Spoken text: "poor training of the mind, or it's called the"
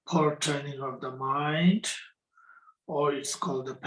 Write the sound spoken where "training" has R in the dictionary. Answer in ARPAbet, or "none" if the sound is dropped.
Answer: none